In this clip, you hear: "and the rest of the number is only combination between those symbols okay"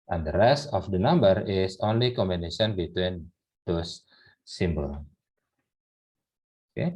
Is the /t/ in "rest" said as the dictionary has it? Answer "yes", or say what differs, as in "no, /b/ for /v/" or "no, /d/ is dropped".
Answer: yes